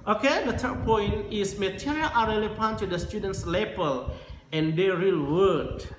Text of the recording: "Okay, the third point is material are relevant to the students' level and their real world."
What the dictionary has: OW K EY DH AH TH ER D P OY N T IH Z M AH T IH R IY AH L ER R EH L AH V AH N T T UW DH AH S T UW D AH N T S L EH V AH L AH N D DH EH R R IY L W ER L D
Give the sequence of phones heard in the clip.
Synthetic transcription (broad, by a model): OW K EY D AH T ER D P OY N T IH S M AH T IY R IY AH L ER R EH L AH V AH N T T UW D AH S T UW D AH N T S L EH B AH L AH N D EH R R IY L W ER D